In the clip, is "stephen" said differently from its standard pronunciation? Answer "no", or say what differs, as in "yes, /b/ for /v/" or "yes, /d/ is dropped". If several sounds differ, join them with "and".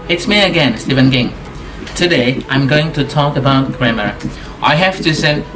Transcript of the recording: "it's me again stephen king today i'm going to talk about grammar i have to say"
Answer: no